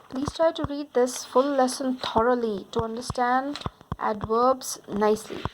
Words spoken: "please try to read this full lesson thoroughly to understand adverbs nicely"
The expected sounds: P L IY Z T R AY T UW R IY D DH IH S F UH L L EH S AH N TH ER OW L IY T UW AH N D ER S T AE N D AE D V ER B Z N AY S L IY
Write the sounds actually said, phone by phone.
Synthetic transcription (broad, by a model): P L IY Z T R AY T UW R IY D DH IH S F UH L L EH S AH N T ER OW L IY T UW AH N D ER S T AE N D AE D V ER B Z N AY S L IY